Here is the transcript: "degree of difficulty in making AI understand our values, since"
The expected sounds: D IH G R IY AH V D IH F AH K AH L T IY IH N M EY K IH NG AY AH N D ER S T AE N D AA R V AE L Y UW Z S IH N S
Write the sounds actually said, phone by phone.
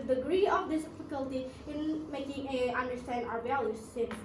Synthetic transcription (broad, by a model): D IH G R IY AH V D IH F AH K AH L T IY IH N M EY K IH NG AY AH N D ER S T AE N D AA R B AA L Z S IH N